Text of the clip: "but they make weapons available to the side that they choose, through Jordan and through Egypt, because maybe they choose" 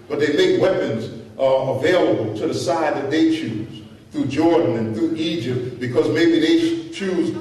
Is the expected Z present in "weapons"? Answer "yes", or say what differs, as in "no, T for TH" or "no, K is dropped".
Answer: yes